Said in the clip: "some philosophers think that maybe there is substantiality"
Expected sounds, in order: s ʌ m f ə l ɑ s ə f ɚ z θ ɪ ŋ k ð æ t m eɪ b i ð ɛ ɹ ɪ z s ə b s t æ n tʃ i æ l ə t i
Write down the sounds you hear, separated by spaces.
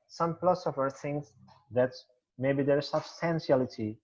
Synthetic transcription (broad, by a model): s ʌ m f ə l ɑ s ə f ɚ θ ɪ ŋ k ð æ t m eɪ b i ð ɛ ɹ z s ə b s t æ n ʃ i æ l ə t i